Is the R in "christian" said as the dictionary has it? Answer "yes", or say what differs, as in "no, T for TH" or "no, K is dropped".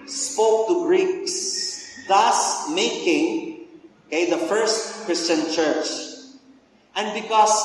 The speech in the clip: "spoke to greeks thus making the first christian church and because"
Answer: yes